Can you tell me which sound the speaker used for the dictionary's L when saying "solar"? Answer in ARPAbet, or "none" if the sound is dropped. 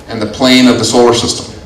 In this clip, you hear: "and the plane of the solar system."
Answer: L